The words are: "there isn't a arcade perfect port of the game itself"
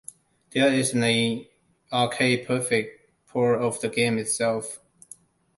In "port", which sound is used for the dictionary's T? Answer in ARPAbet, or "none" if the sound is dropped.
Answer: none